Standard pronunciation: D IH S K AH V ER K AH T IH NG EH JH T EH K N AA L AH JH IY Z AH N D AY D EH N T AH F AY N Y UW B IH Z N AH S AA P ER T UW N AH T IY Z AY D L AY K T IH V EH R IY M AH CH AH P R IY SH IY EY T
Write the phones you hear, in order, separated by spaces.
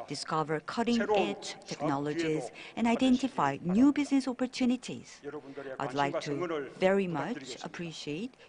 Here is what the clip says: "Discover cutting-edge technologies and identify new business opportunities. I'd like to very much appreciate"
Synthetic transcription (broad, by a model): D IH S K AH V ER K AH T IH NG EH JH T EH K N AA L AH JH IY Z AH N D AY D EH N T AH F AY N Y UW B IH Z N AH S AA P ER T UW N AH T IY Z AY D L AY K T IH V EH R IY M AH CH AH P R IY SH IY EY T